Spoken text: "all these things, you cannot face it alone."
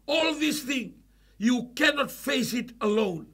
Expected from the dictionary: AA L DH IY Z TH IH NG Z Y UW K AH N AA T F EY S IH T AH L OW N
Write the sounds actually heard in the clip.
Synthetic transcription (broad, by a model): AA L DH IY S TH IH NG Y UW K AH N AA T F EY S IH T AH L OW N